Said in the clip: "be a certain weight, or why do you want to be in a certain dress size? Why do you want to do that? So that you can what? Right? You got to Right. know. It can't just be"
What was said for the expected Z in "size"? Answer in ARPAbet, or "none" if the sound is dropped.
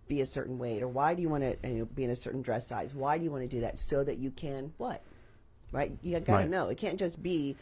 Z